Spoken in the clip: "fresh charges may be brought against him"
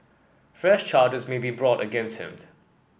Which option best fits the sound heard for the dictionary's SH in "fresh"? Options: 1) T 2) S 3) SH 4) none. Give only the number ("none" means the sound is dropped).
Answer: 3